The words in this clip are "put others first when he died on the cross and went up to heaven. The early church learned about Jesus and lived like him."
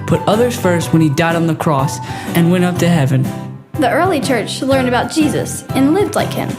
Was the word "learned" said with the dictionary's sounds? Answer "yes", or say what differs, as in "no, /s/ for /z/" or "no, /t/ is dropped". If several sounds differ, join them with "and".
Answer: yes